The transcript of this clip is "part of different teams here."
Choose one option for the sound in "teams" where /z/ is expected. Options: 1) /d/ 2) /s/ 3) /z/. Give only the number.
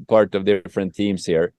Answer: 2